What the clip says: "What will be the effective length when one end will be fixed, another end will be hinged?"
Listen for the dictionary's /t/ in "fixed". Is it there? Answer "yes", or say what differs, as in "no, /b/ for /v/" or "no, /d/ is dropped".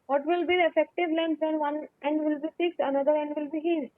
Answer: no, /t/ is dropped